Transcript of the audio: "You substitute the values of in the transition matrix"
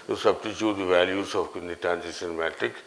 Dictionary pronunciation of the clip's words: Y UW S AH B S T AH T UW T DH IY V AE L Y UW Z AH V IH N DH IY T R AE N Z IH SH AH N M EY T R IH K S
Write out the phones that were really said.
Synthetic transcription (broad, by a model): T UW S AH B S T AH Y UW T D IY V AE L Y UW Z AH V IH N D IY T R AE N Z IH S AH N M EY T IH K